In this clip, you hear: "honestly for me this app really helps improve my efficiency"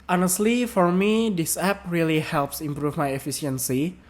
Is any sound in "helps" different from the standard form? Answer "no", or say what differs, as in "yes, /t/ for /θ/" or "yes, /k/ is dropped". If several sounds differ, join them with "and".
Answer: no